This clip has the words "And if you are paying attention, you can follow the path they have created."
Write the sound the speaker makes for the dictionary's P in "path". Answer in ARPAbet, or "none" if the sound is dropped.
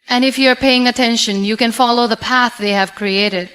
P